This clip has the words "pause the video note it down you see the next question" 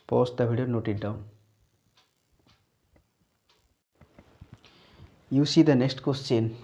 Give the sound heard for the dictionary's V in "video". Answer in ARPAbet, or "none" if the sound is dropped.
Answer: B